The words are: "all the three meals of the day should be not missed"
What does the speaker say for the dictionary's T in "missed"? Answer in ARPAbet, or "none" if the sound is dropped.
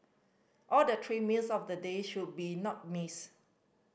none